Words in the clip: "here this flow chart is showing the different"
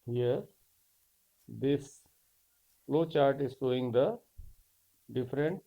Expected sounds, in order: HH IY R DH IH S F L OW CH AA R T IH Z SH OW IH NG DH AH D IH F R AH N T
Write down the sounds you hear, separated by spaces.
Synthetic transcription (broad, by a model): HH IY R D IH S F L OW CH AA R T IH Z S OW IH NG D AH D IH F R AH N T